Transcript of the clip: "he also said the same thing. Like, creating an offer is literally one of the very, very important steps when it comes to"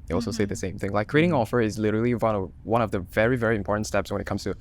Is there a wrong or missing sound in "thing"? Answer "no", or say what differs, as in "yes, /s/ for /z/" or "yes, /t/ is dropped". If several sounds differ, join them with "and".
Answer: no